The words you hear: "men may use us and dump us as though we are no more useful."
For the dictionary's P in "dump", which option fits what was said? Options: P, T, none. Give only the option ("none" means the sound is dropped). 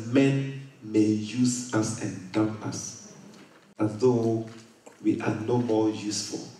none